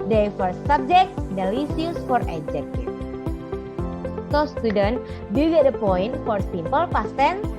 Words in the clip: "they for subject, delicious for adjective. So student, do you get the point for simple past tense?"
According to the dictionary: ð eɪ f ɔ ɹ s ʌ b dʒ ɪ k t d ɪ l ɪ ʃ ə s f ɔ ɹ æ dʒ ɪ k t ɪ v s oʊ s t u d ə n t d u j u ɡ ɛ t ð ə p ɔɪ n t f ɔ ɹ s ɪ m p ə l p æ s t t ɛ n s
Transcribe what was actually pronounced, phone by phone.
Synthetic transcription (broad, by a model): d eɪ f ɔ ɹ s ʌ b dʒ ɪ k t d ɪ l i s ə s f ɔ ɹ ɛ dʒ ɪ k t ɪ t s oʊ s t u d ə n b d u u ɡ ɛ t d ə p ɔɪ n t f ɔ ɹ s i m p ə l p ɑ s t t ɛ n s